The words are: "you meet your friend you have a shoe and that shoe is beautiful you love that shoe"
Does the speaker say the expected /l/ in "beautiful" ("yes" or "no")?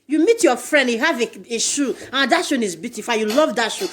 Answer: no